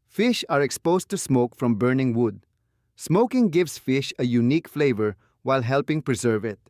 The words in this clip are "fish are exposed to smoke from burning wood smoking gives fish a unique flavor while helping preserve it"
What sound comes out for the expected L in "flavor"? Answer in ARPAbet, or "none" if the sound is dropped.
L